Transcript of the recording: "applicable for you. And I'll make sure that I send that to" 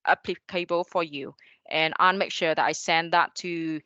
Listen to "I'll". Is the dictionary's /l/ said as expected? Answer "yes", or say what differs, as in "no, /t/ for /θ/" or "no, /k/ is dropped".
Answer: no, /n/ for /l/